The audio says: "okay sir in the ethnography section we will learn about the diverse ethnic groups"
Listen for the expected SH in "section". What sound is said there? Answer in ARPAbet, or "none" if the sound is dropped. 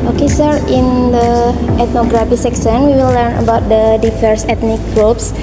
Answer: S